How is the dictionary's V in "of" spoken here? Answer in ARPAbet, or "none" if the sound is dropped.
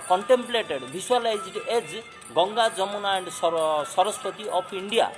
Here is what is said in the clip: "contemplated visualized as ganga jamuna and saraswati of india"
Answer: P